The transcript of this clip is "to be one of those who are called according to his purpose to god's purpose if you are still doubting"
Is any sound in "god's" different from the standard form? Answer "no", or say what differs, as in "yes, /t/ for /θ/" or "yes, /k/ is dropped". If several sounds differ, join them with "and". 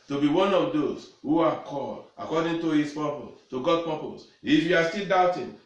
yes, /z/ is dropped